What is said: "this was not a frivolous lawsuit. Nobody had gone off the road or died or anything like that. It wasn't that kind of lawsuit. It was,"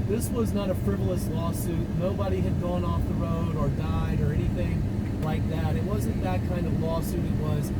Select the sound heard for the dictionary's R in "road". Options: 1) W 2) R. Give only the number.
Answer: 2